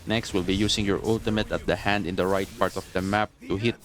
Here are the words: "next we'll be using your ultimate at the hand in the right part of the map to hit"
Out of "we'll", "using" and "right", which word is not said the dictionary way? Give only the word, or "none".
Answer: using